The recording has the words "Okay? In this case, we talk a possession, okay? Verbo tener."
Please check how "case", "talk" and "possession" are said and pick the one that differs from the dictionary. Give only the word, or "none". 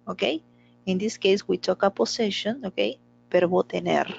possession